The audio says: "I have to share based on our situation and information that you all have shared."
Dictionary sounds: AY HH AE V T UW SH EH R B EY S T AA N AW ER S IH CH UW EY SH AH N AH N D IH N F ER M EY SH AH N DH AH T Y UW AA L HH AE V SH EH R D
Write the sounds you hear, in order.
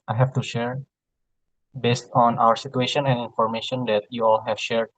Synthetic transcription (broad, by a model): AY HH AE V T UW SH EH R B EY S T AA N AW ER S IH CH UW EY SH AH N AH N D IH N F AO M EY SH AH N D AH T Y UW AA L HH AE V SH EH R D